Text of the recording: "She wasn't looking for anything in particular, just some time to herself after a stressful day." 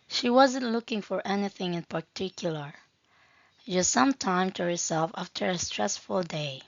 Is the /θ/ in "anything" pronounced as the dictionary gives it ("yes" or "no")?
yes